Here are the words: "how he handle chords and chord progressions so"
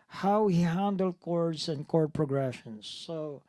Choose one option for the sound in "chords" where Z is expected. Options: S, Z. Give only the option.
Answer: S